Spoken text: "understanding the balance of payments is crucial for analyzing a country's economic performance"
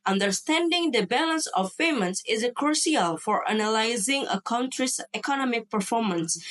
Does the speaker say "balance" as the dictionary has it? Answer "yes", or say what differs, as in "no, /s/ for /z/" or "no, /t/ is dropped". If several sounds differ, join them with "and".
yes